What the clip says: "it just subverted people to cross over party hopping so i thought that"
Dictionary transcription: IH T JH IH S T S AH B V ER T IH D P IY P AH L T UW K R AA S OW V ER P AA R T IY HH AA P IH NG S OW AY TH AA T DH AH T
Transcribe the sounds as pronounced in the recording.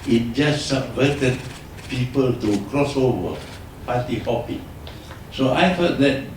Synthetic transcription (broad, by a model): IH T JH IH S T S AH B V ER T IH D P IY P AH L T UW K R AA S OW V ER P AA T IY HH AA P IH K S OW AY F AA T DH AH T